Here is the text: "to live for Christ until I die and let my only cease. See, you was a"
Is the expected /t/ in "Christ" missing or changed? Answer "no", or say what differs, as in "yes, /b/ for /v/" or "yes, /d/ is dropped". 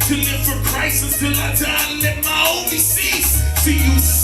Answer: yes, /t/ is dropped